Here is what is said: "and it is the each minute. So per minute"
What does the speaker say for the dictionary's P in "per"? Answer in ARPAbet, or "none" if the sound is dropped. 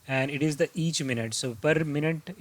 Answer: P